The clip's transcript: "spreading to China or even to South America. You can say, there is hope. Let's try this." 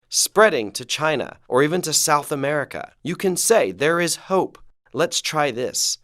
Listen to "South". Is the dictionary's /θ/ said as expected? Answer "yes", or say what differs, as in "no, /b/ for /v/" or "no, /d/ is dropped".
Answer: yes